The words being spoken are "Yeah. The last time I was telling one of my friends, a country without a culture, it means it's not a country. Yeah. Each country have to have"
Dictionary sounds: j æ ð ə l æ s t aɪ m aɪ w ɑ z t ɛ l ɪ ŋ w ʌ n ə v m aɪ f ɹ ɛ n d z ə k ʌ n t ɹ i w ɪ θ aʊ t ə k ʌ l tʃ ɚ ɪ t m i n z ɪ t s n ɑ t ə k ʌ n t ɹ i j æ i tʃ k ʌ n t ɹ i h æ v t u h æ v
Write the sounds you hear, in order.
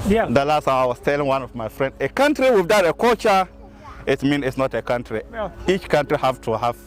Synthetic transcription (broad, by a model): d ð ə l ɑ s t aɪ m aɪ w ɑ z t ɛ l ɪ ŋ w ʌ n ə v m aɪ f ɹ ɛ n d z ə k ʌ n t ɹ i w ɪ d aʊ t ə k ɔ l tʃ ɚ ɪ t m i n ɪ t s n ɑ t ə k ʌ n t ɹ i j i tʃ k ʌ n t ɹ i h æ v t u h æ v